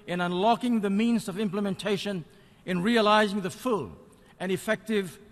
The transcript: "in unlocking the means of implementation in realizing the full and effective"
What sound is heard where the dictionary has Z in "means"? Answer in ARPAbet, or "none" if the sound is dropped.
Z